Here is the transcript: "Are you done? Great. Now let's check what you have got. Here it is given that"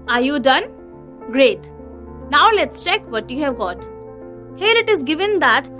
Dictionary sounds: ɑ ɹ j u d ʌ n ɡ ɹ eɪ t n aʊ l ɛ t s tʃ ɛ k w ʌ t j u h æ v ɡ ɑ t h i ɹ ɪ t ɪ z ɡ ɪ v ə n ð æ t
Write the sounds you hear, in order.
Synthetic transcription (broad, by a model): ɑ ɹ j u d ʌ n ɡ ɹ eɪ t n aʊ l ɛ t s tʃ ɛ k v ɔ t j u h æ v ɡ ɑ t h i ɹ ɪ t ɪ z ɡ ɪ v ə n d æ t